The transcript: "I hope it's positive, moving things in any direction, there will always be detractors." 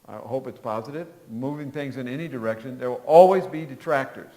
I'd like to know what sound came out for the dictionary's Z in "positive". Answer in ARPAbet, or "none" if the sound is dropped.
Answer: Z